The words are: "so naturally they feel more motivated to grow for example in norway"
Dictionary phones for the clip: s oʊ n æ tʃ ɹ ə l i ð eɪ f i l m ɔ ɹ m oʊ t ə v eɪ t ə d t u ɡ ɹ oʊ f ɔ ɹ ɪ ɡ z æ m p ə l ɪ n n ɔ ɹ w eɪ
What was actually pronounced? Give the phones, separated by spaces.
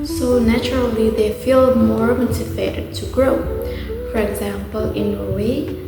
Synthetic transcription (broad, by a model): s oʊ n æ tʃ ɹ ə l i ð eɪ f i l m ɔ ɹ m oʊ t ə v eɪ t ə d t u ɡ ɹ oʊ f ɔ ɹ ɪ ɡ z æ m p ə l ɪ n n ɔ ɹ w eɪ